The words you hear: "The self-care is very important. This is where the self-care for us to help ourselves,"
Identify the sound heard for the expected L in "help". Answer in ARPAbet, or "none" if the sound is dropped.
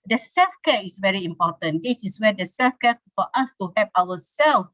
none